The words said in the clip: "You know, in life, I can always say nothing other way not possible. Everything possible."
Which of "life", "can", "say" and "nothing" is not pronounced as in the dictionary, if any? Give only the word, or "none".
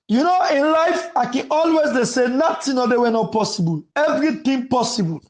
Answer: nothing